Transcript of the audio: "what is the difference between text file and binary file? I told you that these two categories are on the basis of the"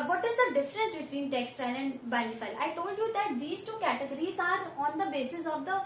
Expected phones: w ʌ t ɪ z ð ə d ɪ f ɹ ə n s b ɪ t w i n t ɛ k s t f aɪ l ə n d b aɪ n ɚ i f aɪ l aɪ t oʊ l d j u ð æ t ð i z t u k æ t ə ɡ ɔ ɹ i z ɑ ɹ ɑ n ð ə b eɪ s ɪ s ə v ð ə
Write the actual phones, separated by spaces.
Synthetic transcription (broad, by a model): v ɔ t ɪ z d ə d ɪ f ɹ ə n s b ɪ t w i n t ɛ k s t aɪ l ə n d b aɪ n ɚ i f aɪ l aɪ t oʊ l d j u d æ t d i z t u k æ t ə ɡ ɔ ɹ i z ɑ ɹ ɑ n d ə b eɪ s ɪ s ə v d ə